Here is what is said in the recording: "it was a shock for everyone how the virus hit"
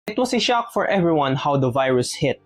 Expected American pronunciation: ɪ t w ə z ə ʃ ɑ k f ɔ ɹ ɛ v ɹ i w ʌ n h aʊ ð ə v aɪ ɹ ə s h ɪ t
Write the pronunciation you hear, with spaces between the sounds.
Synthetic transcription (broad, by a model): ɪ t w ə s ə ʃ ɑ k f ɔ ɹ ɛ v ɹ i w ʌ n h aʊ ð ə v aɪ ɹ ə s h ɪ t